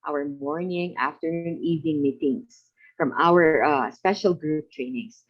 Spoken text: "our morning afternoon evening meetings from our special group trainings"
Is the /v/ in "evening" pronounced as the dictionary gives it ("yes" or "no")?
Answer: yes